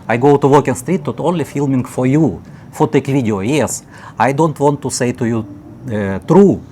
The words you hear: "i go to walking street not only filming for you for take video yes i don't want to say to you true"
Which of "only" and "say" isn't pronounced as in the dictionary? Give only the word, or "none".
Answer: none